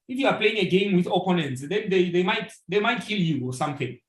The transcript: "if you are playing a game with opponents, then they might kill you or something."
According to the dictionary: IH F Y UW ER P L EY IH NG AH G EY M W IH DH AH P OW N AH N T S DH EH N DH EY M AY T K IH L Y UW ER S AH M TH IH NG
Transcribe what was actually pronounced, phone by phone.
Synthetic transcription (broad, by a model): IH F Y UW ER P L EY IH NG AH G EY M W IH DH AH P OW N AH N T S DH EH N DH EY M AY T K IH L Y UW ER S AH M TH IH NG